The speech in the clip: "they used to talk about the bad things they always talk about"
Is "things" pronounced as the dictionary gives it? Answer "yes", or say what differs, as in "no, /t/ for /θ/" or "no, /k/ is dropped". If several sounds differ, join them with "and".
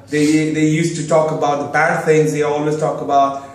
yes